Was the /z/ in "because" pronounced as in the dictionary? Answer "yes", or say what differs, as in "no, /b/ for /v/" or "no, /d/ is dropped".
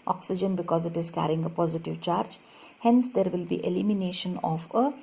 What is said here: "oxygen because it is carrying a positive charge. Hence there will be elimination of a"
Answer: yes